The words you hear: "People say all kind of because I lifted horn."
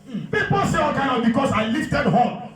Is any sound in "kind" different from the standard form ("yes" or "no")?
yes